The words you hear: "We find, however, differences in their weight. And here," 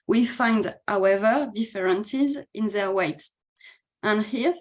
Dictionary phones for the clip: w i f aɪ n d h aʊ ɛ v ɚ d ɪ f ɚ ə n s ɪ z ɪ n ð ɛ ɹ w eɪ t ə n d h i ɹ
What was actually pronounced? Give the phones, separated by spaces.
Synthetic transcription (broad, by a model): w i f aɪ n d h aʊ ɛ v ɚ d ɪ f ɚ ə n s ɪ z ɪ n ð ɛ ɹ w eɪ t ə n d h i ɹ